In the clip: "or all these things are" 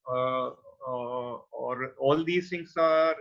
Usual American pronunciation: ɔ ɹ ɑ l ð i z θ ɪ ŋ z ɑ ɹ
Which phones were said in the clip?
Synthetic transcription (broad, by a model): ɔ ɹ ɑ l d i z t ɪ ŋ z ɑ ɹ